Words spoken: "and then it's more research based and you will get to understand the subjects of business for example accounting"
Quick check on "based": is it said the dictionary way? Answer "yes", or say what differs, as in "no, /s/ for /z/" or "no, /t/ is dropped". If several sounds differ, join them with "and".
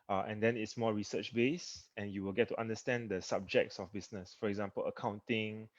no, /t/ is dropped